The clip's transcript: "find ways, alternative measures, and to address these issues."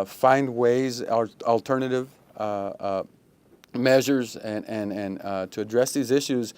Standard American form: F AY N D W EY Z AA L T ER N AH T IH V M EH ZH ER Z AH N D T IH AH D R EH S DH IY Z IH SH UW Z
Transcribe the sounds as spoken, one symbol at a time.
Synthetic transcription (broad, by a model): F AY N D W EY Z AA L T ER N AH T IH V M EH ZH ER Z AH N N T IH AH D R EH S DH IY Z IH SH UW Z